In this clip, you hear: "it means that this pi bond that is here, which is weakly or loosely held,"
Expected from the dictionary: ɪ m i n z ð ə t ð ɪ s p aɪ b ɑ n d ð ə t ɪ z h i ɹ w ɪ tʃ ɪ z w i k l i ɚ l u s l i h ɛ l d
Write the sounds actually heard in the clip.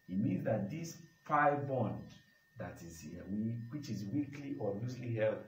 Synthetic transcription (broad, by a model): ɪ m i n z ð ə t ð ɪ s f aɪ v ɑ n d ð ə t ɪ z h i w w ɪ tʃ ɪ z w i k l i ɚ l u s l i h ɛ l